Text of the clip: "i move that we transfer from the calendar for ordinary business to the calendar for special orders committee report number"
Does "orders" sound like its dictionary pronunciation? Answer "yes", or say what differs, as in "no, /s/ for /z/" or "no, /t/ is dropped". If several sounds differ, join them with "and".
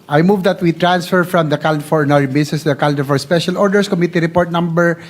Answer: no, /s/ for /z/